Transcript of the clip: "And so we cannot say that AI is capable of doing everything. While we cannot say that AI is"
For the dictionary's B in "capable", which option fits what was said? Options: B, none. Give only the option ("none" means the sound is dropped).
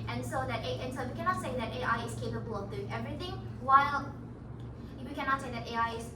B